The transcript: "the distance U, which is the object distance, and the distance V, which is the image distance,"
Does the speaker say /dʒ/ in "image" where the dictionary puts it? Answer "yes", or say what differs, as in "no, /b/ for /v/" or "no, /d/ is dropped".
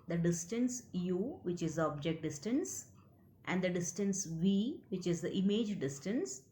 yes